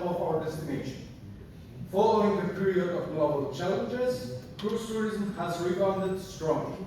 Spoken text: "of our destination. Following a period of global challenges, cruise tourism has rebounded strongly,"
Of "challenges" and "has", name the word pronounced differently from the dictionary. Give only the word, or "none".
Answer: none